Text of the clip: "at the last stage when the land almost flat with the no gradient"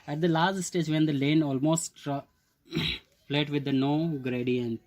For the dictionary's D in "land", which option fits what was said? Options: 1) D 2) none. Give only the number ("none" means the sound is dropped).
2